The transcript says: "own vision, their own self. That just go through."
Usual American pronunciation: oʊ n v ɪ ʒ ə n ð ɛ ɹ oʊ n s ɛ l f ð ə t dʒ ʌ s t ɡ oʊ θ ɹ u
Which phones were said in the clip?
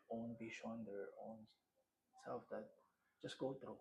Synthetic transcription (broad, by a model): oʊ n b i ʃ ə n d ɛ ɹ oʊ n s ɛ l f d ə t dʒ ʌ s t ɡ oʊ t ɹ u